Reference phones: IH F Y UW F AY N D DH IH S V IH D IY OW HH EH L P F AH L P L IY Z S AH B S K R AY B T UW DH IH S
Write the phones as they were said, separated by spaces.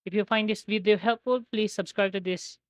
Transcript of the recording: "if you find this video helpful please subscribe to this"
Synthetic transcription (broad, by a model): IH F Y UW F AY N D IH S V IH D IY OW HH EH L P F AH L P L IY Z S AH B S K R AY B T UW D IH S